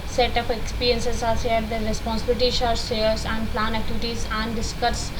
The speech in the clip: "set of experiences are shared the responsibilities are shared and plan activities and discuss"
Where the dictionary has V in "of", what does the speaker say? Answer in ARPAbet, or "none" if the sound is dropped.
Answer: P